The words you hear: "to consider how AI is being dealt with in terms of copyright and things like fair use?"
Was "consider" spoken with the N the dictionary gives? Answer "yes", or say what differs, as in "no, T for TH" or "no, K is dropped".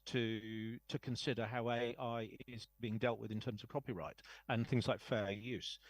yes